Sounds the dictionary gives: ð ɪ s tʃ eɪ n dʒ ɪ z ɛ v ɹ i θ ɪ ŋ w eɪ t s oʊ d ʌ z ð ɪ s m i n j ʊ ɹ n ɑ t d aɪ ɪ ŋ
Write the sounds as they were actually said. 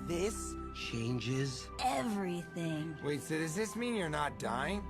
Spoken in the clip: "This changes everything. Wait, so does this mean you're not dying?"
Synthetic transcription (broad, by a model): ð ɪ s tʃ eɪ n dʒ ɪ z ɛ v ɹ i θ ɪ ŋ w eɪ t s oʊ d ʌ z ð ɪ s m i n j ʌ ɹ n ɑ t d aɪ ɪ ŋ